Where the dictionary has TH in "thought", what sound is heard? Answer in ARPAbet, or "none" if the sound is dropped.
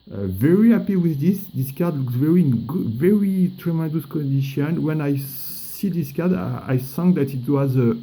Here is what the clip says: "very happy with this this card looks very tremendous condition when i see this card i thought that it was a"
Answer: S